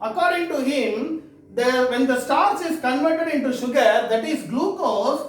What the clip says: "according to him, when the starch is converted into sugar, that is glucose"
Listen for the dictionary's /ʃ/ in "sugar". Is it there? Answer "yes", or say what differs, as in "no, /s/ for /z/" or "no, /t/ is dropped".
yes